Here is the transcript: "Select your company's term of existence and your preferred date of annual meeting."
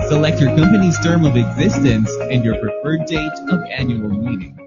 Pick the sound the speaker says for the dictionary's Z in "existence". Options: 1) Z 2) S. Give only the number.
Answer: 1